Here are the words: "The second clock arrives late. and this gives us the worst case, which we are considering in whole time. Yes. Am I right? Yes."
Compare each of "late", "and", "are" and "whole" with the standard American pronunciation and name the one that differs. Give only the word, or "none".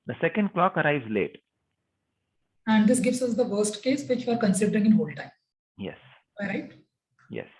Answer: none